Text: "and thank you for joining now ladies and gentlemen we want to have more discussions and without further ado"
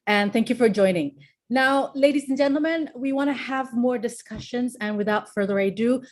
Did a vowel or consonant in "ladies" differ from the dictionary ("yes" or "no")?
no